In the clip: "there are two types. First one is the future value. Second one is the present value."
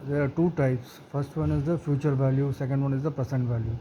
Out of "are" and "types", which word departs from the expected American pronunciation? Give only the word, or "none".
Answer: none